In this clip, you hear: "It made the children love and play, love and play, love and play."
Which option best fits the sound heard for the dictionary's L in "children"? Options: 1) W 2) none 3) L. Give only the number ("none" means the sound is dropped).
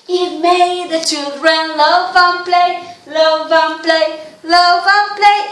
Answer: 2